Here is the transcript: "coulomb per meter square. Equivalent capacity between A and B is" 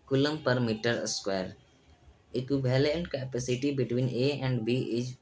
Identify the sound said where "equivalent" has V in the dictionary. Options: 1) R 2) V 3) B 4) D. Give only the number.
3